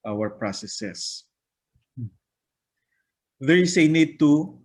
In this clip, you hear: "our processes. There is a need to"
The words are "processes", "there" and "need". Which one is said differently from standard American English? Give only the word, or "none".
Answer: processes